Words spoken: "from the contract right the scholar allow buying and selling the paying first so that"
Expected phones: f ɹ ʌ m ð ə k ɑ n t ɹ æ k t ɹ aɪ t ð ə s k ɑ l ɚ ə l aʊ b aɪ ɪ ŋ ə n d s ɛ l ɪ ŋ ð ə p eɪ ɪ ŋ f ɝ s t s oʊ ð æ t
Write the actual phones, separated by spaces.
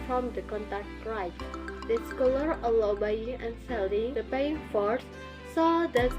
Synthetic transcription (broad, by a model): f ɹ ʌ m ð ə k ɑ n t æ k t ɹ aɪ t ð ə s k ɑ l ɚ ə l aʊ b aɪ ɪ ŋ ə n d s ɛ l ɪ ŋ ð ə p eɪ ɪ ŋ f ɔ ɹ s s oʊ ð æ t